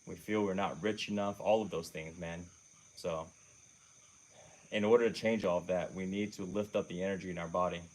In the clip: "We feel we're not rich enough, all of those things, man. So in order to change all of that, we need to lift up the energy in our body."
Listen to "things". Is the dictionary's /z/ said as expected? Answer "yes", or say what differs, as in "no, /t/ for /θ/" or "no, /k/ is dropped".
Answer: yes